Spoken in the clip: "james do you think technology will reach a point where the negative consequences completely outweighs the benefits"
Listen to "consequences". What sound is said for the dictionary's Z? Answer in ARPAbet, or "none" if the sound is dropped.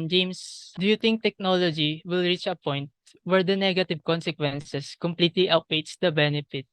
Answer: S